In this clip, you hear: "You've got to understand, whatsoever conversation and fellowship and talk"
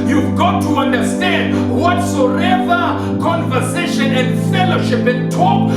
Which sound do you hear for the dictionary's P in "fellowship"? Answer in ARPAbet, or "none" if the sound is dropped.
P